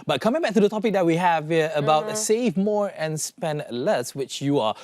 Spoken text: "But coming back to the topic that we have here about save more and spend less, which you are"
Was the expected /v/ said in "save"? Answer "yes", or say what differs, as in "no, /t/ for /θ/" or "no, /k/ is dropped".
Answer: yes